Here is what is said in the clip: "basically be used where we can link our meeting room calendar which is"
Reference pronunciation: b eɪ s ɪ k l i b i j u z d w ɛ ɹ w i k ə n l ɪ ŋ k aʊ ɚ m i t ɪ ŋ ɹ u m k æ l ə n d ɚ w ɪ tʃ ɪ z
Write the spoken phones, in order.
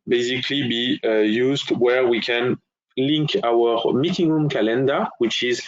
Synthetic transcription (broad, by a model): b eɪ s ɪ k l i b i j u z d w ɛ ɹ w i k ə n l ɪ ŋ k aʊ ɚ m i t ɪ ŋ ɹ u m k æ l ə n d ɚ w ɪ tʃ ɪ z